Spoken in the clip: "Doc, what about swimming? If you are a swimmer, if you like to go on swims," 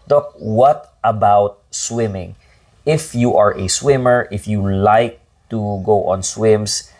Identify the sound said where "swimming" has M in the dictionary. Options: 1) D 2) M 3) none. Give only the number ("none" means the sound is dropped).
2